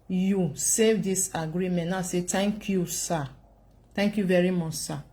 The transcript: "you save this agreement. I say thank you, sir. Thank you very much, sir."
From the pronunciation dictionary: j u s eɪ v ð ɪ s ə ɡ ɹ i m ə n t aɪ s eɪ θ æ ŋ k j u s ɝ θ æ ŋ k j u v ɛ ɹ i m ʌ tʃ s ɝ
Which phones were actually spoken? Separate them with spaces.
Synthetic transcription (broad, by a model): j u s eɪ v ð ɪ s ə ɡ ɹ i m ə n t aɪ s eɪ t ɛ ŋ k j u s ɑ t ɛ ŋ k j u v ɛ ɹ i m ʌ tʃ s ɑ